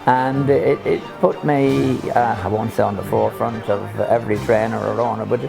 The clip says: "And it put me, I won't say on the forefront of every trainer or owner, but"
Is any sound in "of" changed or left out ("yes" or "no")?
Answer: no